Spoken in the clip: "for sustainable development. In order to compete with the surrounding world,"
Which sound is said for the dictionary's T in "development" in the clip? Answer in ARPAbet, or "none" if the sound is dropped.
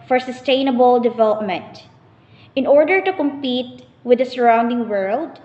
T